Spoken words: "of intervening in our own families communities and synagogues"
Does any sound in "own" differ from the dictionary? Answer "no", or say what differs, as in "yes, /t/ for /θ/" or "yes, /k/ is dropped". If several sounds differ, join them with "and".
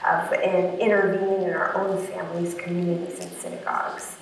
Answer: no